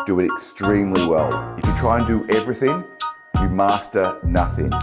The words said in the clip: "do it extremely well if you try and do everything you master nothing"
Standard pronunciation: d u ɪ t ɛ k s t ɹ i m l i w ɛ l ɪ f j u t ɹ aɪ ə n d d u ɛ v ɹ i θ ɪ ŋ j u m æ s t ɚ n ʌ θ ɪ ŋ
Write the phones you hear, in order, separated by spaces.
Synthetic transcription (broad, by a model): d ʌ ɪ t ɛ k s t ɹ i m l i w ɛ l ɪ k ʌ t ɹ aɪ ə n d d ɛ v ɹ i θ ɪ ŋ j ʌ m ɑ s t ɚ n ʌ θ ɪ ŋ